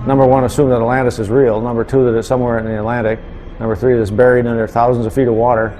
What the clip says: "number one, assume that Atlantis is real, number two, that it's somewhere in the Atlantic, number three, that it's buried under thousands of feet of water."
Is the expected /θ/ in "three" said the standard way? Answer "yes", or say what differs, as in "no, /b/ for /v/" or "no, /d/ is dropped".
yes